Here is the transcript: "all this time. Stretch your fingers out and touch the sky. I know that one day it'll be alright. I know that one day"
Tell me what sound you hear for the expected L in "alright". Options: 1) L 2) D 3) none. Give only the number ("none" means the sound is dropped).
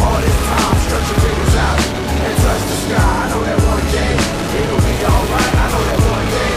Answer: 1